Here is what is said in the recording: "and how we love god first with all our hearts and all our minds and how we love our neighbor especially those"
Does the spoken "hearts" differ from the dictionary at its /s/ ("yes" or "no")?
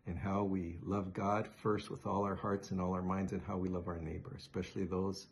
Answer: no